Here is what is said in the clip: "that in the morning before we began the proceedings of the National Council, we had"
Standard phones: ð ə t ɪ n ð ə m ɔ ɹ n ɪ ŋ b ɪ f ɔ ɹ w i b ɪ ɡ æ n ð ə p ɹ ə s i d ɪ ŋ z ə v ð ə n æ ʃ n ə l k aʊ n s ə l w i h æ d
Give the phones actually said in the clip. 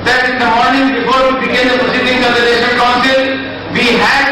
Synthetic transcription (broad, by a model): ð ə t ɪ n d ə m ɔ ɹ n ɪ ŋ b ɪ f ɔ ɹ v i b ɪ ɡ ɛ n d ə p ə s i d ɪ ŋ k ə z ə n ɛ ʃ ə n k aʊ n s ə l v i h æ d